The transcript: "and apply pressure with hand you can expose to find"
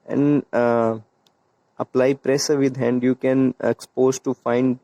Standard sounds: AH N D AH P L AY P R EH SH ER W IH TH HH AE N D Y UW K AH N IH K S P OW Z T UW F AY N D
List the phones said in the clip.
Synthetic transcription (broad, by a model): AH N D AH P L AY P R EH S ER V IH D HH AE N D Y UW K AH N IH K S P OW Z T UW F AY N D